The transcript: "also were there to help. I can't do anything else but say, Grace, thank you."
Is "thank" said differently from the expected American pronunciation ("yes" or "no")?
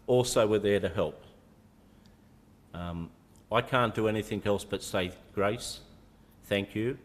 no